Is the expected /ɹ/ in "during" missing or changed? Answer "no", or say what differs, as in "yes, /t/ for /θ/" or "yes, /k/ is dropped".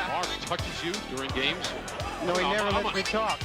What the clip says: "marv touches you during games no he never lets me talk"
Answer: no